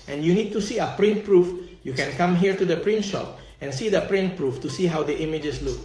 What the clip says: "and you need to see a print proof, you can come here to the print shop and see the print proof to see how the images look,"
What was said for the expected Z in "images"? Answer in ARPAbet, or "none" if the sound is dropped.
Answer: S